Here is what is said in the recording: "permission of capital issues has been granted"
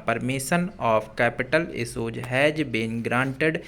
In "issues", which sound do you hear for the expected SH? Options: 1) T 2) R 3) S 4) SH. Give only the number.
3